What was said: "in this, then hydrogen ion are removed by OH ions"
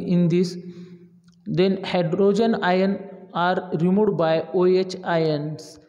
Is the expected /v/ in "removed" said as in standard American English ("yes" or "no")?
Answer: no